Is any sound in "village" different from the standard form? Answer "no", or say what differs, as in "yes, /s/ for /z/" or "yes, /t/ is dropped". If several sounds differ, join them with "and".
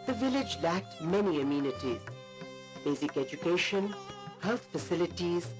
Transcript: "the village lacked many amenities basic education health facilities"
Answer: no